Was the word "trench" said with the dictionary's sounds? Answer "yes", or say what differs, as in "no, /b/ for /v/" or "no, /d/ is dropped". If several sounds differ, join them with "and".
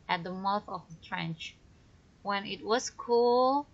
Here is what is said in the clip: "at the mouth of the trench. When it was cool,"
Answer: yes